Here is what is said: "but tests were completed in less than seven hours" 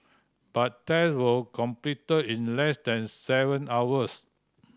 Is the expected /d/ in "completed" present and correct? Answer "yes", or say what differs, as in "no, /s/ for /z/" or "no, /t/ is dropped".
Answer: no, /d/ is dropped